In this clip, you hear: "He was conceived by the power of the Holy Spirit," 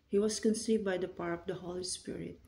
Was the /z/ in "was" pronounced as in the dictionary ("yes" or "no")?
no